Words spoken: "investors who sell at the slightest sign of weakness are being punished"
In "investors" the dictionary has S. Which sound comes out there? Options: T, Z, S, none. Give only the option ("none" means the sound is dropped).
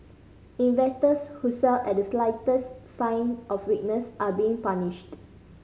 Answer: none